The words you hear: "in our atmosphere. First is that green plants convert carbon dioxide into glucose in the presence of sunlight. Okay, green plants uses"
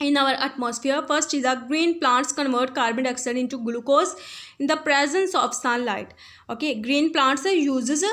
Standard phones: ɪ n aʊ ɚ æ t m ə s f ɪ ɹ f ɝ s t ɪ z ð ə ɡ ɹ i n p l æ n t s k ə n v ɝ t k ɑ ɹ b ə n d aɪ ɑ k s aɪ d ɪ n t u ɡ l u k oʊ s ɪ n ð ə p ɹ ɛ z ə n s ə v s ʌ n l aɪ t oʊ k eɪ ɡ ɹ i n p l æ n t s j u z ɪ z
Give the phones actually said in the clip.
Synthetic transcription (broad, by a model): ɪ n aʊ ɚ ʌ t m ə s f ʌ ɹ f ɝ s t ɪ z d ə ɡ ɹ i n p l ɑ n t s k ə n v ɝ t k ɑ ɹ b ə n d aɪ k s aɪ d ɪ n t u ɡ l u k oʊ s ɪ n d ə p ɹ ɛ z ə n s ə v s ʌ n l aɪ t oʊ k eɪ ɡ ɹ i n p l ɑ n t s j u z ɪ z